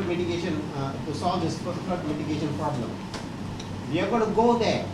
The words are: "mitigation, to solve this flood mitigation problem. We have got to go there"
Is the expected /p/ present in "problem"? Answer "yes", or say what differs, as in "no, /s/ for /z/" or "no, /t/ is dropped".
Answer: yes